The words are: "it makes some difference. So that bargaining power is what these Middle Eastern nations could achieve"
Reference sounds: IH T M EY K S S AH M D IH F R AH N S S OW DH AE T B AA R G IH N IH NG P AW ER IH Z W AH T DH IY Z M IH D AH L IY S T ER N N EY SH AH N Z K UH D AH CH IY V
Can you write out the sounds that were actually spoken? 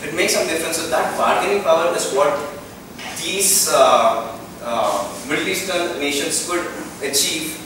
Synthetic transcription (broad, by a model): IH T M EY K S S AH M D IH F R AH N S S OW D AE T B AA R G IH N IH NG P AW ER IH Z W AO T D IY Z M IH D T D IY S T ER L N EY SH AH N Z K UH D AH CH IY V